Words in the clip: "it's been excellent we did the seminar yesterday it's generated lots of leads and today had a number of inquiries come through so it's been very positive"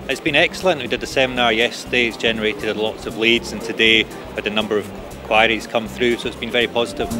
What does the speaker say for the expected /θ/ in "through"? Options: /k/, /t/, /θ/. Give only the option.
/θ/